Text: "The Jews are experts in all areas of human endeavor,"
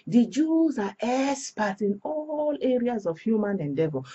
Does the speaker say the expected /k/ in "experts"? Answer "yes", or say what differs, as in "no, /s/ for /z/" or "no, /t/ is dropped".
no, /k/ is dropped